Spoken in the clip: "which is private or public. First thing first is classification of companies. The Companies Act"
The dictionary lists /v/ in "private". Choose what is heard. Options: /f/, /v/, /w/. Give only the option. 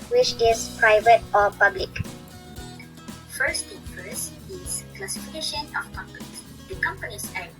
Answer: /v/